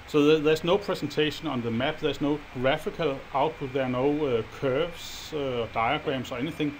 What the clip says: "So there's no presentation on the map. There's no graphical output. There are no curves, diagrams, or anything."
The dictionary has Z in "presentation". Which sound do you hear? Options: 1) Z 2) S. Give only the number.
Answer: 2